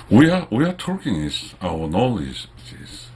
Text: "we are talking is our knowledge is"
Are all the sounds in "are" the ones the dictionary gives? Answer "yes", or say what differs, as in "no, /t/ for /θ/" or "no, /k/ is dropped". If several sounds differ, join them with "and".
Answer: no, /w/ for /ɹ/